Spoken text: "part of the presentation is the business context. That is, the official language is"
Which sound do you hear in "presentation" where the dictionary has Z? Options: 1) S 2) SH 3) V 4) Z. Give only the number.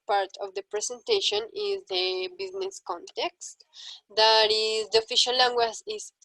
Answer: 1